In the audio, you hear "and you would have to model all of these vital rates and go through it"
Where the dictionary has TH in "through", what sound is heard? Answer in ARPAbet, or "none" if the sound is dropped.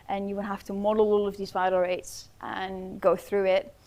TH